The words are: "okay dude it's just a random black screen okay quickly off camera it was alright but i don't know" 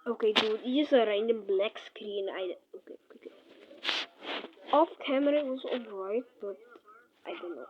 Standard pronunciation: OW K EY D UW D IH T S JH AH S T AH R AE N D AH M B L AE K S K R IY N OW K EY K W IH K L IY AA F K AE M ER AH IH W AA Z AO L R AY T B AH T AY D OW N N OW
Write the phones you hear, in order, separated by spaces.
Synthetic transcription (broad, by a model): OW K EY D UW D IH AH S AH R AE N D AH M B L AE K S K R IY N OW K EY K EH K IY AA F K AE M ER AH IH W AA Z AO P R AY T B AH T AY D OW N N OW